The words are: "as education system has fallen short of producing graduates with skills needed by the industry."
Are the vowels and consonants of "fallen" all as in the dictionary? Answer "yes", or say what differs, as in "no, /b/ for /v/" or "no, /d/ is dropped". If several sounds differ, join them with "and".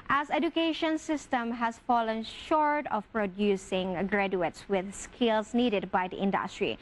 yes